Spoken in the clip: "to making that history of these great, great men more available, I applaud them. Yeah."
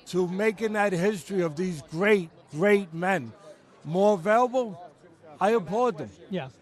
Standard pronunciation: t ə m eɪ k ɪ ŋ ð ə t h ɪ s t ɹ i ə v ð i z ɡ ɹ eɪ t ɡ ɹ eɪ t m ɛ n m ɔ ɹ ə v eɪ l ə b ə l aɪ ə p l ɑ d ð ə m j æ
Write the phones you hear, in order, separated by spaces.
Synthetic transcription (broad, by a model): t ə m eɪ k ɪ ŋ ð ə t h ɪ s t ɹ i ə v ð i z ɡ ɹ eɪ t ɡ ɹ eɪ t m ɛ n m ɔ ɹ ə v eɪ l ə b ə l aɪ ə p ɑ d ð ə m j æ